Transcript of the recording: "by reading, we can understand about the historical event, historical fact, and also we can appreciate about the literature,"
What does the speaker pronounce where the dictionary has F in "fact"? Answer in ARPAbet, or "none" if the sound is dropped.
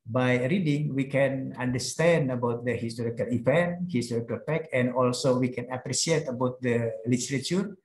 P